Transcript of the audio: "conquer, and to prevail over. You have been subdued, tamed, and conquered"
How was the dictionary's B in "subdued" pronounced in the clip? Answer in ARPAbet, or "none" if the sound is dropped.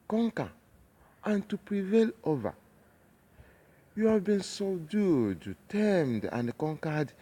none